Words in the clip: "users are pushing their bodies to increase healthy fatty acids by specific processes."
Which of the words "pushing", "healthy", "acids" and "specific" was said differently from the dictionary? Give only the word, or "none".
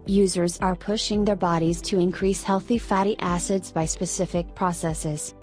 none